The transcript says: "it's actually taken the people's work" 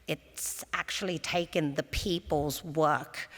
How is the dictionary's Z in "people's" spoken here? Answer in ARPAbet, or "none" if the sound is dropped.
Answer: Z